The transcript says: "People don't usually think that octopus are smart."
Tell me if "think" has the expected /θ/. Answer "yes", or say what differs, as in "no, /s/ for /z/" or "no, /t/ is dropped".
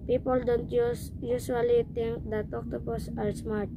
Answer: no, /t/ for /θ/